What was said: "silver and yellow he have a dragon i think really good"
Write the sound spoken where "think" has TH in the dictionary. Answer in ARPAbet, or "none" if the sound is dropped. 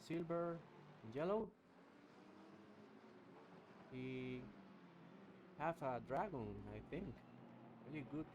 TH